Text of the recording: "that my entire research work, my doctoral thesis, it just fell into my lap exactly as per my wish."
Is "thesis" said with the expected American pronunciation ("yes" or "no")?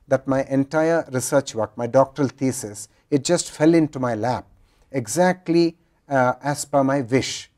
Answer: no